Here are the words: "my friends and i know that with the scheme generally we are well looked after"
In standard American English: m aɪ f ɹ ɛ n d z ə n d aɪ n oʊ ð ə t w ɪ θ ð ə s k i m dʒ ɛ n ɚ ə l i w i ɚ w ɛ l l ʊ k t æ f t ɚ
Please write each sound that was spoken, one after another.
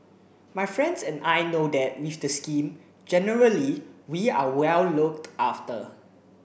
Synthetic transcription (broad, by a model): m aɪ f ɹ ɛ n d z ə n aɪ n oʊ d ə t w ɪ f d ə s k i m dʒ ɛ n ɚ ə l i w i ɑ w ɛ l l ʊ k t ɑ f t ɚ